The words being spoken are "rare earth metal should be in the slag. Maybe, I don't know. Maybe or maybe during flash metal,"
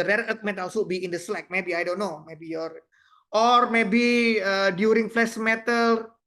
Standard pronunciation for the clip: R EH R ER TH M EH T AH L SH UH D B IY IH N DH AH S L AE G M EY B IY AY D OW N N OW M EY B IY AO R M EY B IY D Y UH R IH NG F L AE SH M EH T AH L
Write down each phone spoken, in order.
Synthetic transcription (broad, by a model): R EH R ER T M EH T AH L S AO B IY IH N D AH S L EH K M EY B IY AY D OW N N OW M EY B IY AO R M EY B IY D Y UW R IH NG F L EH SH M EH T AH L